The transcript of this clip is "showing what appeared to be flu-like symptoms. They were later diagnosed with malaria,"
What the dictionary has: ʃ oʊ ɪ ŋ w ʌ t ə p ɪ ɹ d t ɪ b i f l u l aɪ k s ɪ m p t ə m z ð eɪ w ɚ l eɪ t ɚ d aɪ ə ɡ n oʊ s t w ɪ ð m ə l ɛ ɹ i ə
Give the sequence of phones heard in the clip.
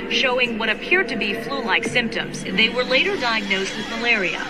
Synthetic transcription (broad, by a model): ʃ oʊ ɪ ŋ w ʌ t ə p ɪ ɹ d t ɪ b i f l u l aɪ k s ɪ m p t ə m z ð eɪ w ɚ l eɪ t ɚ d aɪ ə ɡ n oʊ s t w ɪ ð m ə l ɛ ɹ i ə